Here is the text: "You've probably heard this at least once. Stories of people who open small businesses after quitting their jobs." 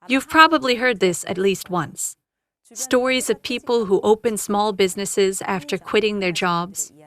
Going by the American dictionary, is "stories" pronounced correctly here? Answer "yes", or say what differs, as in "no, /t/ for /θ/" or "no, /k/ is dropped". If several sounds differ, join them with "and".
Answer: yes